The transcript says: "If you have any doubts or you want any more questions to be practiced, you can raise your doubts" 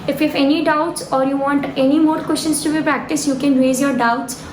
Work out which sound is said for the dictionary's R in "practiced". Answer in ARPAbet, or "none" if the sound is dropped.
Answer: R